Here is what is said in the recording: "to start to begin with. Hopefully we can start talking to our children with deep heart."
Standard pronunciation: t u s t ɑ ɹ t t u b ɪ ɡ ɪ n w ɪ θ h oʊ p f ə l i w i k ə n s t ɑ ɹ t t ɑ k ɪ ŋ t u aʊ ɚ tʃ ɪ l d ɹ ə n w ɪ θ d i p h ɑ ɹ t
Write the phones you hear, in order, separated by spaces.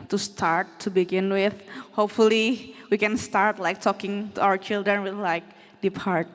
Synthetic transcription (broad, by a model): t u s t ɑ ɹ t t u b ɪ ɡ ɪ n w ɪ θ h oʊ p f ə l i w i k ə n s t ɑ ɹ t t ɑ k ɪ ŋ t u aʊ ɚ tʃ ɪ l d ɹ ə n w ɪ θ d i p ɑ ɹ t